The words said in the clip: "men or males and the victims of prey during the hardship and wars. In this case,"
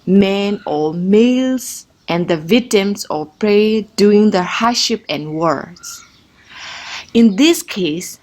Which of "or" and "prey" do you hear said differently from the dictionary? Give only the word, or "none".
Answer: or